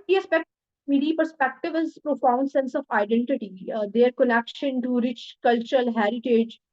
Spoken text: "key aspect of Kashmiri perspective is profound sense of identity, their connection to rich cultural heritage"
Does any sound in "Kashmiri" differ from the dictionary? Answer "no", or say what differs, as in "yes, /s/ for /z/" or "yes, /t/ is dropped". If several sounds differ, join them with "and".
yes, /ɹ/ is dropped